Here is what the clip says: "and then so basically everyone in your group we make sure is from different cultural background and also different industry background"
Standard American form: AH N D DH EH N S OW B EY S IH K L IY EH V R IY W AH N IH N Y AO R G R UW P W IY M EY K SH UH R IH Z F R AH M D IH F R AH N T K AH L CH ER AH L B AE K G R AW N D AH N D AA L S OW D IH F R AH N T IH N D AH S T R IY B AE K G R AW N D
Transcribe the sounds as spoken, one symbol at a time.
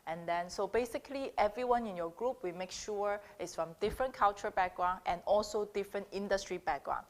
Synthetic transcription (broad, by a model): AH N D EH N S OW B EY S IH K L IY EH V R IY W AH N IH N Y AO G R UW P W IY M EY K SH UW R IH S F R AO M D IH F R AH N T K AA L CH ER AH B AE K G R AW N AH N AA L S OW D IH F R AH N T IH N D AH S T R IY B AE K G R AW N